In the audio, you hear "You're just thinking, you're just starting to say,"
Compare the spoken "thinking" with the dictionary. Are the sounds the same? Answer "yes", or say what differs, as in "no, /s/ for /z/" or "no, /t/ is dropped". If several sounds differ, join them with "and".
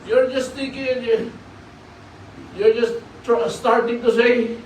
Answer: no, /t/ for /θ/ and /ŋ/ is dropped